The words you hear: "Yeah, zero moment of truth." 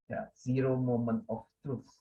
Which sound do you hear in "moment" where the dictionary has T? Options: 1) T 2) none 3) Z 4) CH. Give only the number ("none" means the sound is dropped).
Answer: 2